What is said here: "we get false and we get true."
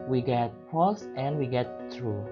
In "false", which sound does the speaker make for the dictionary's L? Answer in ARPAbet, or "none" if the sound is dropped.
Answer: none